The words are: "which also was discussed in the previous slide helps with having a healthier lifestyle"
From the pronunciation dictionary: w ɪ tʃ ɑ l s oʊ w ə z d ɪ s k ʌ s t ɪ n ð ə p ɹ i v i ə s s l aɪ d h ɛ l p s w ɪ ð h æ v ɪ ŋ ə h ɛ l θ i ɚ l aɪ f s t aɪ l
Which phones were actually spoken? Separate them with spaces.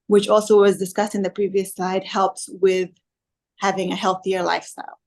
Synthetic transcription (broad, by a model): w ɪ tʃ ɑ l s oʊ w ə z d ɪ s k ʌ s t ɪ n ð ə p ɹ i v i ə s s aɪ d h ɛ l p s w ɪ ð h æ v ɪ ŋ ə h ɛ l θ i ɚ l aɪ f s t aɪ l